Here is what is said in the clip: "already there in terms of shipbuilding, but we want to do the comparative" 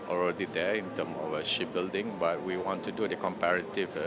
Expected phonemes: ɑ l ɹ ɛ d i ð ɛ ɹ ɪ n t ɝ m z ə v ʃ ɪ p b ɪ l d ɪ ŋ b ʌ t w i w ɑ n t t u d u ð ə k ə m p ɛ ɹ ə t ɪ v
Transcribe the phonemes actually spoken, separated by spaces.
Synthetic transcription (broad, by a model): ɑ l ɹ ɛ d i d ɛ ɪ n t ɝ m ə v ʃ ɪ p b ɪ l d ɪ ŋ b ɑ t w i w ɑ n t t u d u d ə k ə m p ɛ ɹ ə t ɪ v